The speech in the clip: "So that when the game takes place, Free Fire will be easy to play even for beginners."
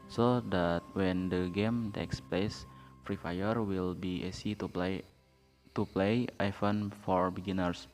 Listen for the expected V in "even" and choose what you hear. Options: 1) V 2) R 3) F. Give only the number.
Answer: 3